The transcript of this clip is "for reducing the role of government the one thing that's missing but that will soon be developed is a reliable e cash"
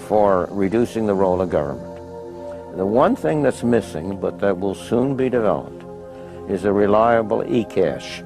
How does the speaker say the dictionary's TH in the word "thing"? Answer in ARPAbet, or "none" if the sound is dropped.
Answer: TH